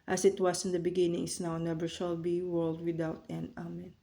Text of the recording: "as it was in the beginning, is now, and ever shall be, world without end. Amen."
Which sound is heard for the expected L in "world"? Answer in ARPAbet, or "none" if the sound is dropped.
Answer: L